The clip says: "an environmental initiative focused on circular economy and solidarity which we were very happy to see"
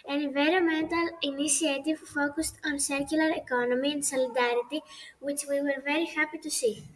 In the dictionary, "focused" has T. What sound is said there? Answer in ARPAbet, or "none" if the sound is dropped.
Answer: T